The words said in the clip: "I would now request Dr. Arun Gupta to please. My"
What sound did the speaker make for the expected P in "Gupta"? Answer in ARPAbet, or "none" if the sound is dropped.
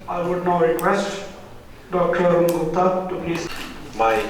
none